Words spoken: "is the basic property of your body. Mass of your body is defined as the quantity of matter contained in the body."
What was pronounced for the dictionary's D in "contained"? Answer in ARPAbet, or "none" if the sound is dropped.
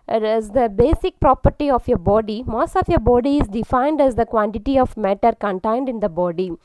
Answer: D